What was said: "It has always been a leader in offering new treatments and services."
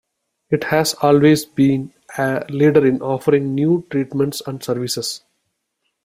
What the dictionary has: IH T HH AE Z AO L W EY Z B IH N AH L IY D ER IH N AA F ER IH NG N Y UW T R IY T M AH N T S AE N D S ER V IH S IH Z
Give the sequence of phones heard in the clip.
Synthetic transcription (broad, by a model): IH T HH AE Z AO L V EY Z B IH N AH L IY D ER IH N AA F ER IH NG N Y UW T R IY T M AH N T S AE N D S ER V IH S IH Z